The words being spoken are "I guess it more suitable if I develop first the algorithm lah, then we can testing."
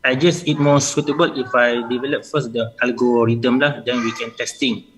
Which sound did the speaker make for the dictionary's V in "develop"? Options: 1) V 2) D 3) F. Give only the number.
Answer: 1